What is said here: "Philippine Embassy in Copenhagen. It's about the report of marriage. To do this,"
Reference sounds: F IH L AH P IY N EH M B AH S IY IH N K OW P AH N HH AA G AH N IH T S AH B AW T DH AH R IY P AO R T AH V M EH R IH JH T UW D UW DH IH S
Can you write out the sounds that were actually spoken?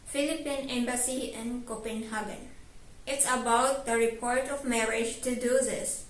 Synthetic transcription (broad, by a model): F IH L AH P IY N EH M B AH S IY IH N K OW P AH N HH AA G AH N IH T S AH B AW T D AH R IY P AO R T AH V M EH R IH JH T UW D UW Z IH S